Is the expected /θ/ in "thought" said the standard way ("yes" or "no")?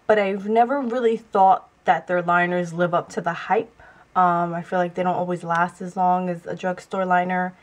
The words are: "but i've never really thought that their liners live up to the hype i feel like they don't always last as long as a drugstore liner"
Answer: yes